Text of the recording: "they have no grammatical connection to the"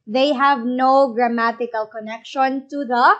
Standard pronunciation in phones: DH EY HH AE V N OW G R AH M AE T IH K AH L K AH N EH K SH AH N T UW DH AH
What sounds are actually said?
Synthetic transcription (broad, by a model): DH EY HH AE V N OW G R AH M AE T IH K AH L K AH N EH K SH AH N T UW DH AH